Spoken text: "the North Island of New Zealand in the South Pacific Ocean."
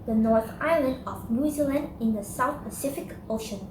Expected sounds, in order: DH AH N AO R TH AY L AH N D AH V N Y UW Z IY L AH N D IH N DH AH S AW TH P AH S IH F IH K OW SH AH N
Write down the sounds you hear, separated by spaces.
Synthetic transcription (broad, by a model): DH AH N AO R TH AY L AH N D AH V N Y UW Z IY L AH N D IH N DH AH S AW TH P AH S IH F IH K OW SH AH N